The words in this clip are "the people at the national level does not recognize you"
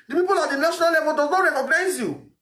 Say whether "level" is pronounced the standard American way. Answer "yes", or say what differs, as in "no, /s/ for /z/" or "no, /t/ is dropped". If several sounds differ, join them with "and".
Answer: no, /b/ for /v/